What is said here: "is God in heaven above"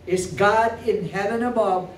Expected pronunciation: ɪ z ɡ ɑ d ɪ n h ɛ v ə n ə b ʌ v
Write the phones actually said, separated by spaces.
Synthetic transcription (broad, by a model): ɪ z ɡ ɑ d ɪ n h ɛ v ə n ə b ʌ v